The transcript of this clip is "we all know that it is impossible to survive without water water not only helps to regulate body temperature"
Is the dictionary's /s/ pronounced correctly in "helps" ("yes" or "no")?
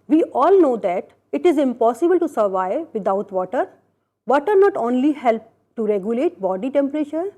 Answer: no